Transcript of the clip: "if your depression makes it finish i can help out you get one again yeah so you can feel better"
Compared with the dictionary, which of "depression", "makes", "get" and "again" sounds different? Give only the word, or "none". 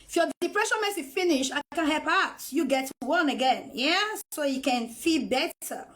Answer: makes